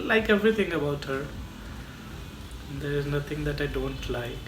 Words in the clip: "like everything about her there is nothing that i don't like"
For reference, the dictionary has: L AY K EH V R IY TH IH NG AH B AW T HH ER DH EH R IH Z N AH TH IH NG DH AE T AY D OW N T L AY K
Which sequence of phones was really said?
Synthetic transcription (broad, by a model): L AY K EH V R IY T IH NG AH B AW T HH ER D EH R IH Z N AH T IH NG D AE T AY D OW N T L AY